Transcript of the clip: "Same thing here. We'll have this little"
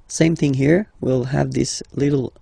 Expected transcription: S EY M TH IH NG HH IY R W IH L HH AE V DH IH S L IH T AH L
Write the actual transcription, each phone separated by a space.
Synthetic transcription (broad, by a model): S EY M TH IH NG HH IY R W IH L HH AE V DH IH S L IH T L